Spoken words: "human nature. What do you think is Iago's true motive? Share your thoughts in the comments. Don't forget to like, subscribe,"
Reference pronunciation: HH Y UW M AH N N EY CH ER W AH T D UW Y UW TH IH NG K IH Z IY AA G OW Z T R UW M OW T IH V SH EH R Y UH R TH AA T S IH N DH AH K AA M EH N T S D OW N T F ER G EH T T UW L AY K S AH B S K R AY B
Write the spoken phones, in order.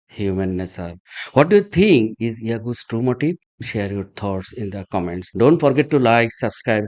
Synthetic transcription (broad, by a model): HH Y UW M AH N N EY S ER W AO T D UW Y UW T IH NG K IH Z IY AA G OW S T R UW M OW T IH SH EH R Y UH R T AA T S IH N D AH K AA M EH N T S D OW N T F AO G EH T T UW L AY K S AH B S K R AY B